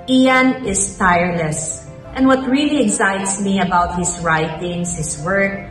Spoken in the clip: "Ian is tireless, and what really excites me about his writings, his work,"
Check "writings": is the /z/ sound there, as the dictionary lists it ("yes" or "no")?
no